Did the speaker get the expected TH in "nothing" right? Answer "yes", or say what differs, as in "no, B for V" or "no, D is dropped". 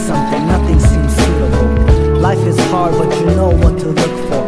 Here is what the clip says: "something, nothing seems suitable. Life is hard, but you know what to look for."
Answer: yes